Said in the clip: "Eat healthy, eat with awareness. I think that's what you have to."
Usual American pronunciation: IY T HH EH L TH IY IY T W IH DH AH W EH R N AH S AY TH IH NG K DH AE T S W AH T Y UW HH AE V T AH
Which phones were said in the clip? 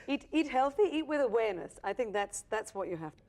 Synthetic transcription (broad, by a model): IY T HH EH L TH IY IY T W IH DH AH W EH R N AH S AY TH IH NG K DH AE T S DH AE T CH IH HH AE F T